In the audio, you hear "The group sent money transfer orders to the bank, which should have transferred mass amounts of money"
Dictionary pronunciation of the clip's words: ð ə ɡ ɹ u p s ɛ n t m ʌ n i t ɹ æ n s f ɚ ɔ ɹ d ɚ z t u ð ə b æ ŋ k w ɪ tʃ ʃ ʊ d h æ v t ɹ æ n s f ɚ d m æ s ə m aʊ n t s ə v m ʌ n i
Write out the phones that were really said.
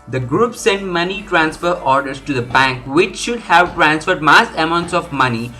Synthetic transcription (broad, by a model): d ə ɡ ɹ u p s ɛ n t m ʌ n i t ɹ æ n s f ɚ ɔ ɹ d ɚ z t u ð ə b æ ŋ k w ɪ tʃ ʃ ʊ d h æ v t ɹ æ n s f ɚ d m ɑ s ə m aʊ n t s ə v m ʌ n i